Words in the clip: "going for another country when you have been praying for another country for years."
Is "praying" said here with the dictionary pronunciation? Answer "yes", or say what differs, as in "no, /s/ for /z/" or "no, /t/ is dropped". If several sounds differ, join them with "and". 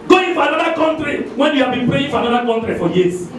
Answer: no, /ɹ/ is dropped